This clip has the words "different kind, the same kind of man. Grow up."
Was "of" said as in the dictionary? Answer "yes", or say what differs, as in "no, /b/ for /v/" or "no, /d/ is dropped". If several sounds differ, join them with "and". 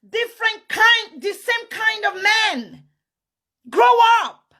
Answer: yes